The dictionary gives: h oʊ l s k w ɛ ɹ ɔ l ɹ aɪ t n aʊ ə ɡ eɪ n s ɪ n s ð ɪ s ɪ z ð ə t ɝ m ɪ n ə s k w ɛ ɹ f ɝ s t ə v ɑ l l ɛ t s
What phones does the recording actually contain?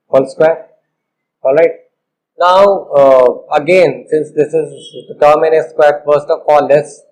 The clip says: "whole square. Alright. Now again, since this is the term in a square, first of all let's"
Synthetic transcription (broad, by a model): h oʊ l s k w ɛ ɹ ɔ l ɹ aɪ t n aʊ ə ɡ eɪ n s ɪ n s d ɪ s ɪ z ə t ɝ m ɪ n ə s k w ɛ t f ɝ s t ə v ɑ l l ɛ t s